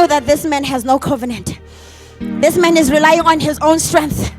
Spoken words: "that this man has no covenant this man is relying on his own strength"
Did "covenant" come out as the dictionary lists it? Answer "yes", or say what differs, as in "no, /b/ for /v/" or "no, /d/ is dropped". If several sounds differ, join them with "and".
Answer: yes